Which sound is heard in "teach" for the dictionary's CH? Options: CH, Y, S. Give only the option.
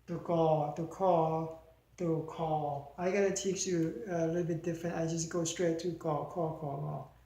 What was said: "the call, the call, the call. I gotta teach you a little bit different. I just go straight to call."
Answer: S